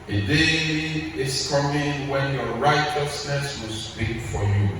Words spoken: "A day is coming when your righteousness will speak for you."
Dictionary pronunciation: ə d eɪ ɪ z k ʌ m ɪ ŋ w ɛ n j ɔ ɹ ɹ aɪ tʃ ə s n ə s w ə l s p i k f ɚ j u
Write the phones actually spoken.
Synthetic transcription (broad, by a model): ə d eɪ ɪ s k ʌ m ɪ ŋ w ɛ n j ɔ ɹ ɹ aɪ tʃ ə s n ə s w ə l s p i k f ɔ j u